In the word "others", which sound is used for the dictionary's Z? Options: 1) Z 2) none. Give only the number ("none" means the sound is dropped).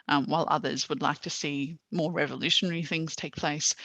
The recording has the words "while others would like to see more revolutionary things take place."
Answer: 1